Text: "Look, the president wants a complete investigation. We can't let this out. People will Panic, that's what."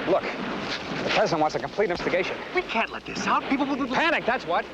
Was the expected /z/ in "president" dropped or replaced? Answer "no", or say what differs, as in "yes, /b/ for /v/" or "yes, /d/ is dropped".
no